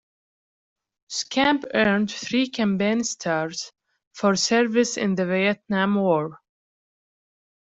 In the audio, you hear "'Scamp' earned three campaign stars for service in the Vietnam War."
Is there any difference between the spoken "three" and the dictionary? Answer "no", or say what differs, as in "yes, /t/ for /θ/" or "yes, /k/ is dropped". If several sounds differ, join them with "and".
no